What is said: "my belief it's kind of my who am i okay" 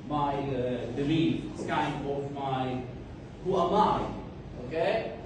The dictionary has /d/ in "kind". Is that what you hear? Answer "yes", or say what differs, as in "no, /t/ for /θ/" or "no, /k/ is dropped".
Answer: no, /d/ is dropped